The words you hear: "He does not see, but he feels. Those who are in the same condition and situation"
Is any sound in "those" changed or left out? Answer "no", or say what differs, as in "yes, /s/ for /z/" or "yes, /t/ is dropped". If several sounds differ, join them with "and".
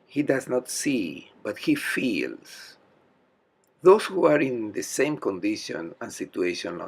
yes, /s/ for /z/